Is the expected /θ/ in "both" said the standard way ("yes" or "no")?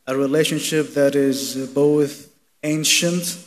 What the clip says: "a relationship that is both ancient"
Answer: yes